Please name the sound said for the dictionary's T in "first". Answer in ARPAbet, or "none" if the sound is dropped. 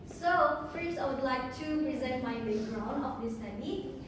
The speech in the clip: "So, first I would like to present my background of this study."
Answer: none